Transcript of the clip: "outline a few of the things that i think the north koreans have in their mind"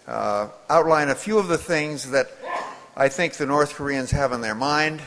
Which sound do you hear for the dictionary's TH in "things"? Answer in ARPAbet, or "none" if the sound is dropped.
TH